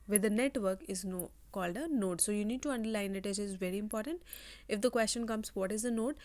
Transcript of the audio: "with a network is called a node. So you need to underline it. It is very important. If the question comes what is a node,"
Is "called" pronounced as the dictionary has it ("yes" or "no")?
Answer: yes